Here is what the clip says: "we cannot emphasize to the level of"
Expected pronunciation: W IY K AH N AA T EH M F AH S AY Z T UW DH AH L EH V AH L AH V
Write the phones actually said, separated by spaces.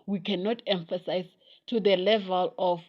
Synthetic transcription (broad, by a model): W IY K AH N AA T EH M F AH S AY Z T UW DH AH L EH V AH L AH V